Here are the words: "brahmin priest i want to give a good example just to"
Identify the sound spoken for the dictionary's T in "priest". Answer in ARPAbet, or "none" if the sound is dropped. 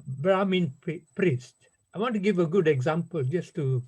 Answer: T